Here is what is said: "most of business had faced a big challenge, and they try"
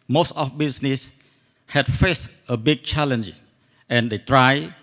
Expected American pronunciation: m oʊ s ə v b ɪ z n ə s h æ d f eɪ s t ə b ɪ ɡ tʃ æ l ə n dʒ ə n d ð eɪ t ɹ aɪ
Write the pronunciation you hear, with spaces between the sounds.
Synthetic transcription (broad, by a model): m oʊ s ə f b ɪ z n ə s h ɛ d f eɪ s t ə b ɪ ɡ tʃ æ l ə n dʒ ə n d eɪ t ɹ aɪ